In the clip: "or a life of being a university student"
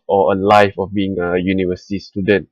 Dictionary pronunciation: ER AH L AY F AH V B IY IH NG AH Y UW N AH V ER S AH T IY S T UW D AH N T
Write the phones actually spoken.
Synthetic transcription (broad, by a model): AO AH L AY F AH F B IY IH NG AH Y UW N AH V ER S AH T IY S T UW D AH N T